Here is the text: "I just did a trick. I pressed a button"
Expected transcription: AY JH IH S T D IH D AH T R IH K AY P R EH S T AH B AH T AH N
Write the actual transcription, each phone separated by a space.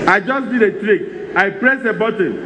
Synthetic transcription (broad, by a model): AY JH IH S D IH D AH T R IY K AY P R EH S AH B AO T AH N